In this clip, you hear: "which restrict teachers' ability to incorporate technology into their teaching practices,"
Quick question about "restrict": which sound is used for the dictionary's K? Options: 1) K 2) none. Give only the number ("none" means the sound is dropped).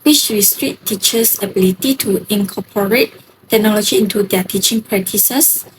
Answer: 2